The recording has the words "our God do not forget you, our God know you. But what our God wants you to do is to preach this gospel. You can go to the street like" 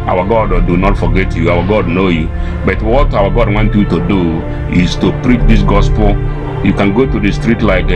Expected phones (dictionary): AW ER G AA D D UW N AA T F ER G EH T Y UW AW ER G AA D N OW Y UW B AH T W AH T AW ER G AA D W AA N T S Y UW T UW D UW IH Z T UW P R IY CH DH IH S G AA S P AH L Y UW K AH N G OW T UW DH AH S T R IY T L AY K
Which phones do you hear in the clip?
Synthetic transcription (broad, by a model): AW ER G AA D D UW N AA T F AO G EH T Y UW AW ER G AA D N OW Y UW B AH T W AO T AW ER G AA D W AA N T Y UW T UW D UW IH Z T UW P R IY CH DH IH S G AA S P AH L Y UW K AH N G OW T UW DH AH S T R IY T L AY K